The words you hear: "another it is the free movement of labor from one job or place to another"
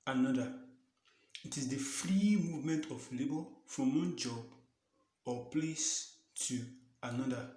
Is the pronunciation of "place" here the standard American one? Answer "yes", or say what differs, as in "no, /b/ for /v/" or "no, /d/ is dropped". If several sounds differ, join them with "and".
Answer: yes